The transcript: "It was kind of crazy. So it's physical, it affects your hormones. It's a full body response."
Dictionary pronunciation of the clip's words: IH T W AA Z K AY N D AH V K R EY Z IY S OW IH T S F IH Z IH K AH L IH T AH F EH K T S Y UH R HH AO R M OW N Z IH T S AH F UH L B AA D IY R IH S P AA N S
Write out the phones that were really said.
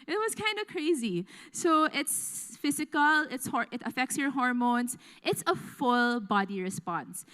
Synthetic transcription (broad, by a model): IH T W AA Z K AY N D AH K R EY Z IY S OW IH T S F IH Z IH K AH L IH T AH F EH K T S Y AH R HH AO R M OW N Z IH T S AH F UH L B AA D IY R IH S P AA N S